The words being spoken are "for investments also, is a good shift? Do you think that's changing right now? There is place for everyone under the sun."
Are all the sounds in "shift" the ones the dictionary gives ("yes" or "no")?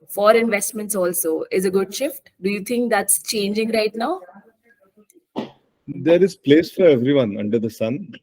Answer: yes